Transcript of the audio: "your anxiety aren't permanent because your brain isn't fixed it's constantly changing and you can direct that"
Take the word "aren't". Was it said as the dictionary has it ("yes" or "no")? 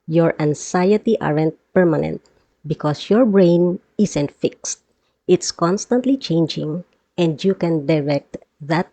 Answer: yes